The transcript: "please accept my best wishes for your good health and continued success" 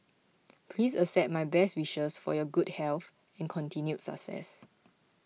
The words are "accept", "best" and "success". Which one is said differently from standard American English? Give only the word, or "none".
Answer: accept